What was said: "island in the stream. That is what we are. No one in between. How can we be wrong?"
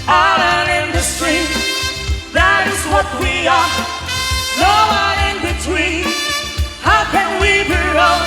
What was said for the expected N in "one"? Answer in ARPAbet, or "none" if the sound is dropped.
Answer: none